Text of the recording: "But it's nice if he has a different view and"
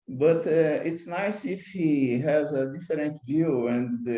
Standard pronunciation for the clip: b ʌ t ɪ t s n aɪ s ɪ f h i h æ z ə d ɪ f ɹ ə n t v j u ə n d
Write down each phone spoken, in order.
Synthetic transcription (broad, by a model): b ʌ t ɪ t s n aɪ s ɪ f h i h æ z ə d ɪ f ɹ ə n t v j u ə n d